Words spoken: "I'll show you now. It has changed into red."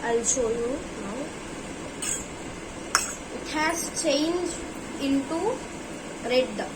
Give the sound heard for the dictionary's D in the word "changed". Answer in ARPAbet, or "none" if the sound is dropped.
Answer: none